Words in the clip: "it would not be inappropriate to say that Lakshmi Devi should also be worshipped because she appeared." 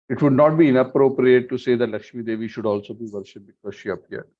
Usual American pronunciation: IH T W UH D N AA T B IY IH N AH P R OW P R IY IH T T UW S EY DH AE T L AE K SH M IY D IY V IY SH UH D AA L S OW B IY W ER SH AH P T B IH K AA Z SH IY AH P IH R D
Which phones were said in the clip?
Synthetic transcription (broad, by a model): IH T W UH D N AA T B IY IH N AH P R OW P R IY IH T T UW S EY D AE T L AE K SH M IY D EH V IY SH UH D AA L S OW B IY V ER SH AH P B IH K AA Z SH IY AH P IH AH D